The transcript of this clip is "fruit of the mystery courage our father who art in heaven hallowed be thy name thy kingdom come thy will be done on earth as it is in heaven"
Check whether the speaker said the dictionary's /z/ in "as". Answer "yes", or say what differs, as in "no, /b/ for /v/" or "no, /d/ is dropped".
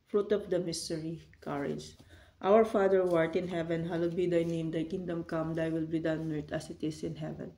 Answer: no, /s/ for /z/